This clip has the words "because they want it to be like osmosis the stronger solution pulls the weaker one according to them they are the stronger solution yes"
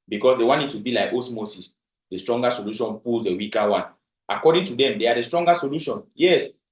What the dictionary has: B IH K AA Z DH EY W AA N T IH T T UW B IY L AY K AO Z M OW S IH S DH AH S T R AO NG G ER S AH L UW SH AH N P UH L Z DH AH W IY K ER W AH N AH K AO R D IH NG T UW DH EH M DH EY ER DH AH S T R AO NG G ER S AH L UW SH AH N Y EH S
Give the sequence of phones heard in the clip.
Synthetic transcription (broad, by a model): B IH K AA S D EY W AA N IH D T UW B IY L AY K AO S M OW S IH S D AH S T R AO NG G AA S AH L UW SH AH N P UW L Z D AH W IY K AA W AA N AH K AO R D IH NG T UW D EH M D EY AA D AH S T R AO NG G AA S AH L UW SH AH N Y EH S